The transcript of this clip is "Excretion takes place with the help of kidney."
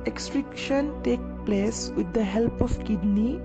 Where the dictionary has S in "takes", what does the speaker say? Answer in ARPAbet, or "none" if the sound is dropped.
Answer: none